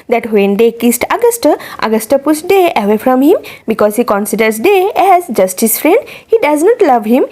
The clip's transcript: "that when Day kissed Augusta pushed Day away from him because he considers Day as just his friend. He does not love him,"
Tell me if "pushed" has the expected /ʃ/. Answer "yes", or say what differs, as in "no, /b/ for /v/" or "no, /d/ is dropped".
no, /s/ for /ʃ/